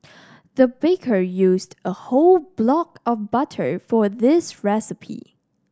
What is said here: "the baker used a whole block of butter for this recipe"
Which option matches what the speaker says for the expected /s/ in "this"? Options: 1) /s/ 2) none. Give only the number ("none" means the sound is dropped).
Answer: 1